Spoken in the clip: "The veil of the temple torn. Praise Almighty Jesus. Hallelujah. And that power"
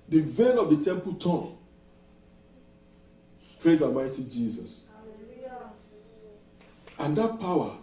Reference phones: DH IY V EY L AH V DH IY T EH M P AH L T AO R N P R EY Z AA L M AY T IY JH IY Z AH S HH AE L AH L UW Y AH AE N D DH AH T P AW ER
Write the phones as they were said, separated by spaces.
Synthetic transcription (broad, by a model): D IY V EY N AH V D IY T EH M P AH L T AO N P R EY Z AA L M AY T IY JH IY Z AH S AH N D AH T P AW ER